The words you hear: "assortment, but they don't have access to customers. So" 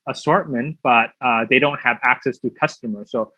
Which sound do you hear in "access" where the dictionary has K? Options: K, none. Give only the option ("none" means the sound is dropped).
K